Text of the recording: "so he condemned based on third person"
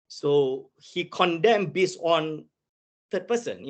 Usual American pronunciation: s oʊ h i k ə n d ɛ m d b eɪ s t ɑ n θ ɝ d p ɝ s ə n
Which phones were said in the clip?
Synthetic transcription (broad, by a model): s oʊ h i k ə n d ɛ m b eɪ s ɑ n t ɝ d p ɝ s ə n